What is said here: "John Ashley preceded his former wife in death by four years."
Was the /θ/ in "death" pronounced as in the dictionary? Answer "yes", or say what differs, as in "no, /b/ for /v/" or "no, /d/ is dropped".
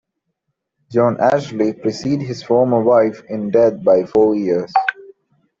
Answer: no, /t/ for /θ/